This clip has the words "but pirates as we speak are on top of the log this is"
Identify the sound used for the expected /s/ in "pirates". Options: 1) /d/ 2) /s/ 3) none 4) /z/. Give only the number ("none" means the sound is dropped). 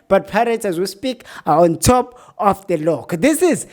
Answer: 3